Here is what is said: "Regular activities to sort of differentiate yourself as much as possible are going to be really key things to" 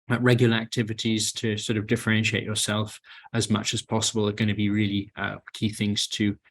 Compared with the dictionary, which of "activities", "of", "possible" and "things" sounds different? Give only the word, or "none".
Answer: none